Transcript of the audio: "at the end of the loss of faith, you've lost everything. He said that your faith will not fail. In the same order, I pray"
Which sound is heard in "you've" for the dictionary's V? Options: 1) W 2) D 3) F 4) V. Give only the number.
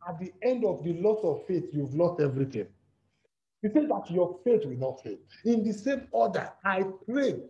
4